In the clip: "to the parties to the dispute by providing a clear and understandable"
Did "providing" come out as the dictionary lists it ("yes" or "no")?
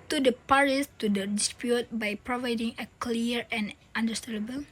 yes